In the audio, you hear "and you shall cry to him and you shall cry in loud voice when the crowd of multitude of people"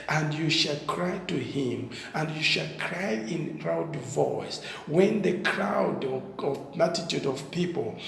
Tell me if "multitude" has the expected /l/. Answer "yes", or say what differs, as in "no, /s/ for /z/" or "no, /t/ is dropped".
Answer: no, /l/ is dropped